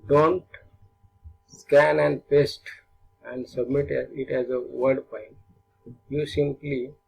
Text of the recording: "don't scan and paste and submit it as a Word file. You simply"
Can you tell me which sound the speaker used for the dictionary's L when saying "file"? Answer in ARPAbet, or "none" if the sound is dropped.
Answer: N